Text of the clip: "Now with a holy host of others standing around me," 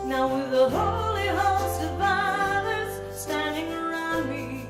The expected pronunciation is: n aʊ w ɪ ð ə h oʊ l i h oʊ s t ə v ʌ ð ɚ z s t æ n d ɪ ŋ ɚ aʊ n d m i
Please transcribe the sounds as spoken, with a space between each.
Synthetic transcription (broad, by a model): n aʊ w ɪ ð ə h oʊ l i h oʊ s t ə f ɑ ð ɚ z s t æ n d ɪ ŋ ɚ aʊ n d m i